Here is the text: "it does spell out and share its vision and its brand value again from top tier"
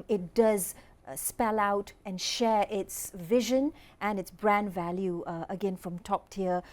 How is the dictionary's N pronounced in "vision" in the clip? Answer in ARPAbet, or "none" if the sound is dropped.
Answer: N